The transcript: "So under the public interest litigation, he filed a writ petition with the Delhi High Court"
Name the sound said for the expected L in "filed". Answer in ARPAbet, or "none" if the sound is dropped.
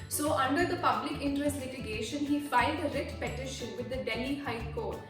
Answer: none